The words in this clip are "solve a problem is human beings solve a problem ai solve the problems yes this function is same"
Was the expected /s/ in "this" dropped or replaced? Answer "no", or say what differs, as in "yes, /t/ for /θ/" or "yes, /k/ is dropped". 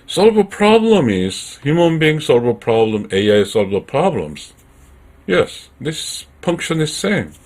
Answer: no